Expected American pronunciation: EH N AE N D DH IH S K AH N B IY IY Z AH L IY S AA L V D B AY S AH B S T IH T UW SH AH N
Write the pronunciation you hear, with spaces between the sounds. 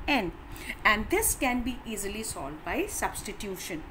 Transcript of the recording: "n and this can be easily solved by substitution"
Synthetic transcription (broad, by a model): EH N AE N D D IH S K AH N B IY IY Z AH L IY S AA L D B AY S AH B S T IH T UW SH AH N